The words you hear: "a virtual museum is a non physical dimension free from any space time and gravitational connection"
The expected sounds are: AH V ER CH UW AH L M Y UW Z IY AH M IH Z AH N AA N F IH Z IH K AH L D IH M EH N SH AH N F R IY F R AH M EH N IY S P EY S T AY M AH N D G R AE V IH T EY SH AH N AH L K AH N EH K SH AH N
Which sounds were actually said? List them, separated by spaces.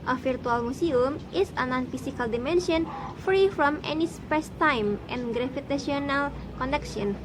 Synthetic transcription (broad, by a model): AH F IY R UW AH L M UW S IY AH M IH S AH N AA N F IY S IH K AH L D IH M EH N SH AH N F R IY F R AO M EH N IY S P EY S T AY M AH N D G R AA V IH T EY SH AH N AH L K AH N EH K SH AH N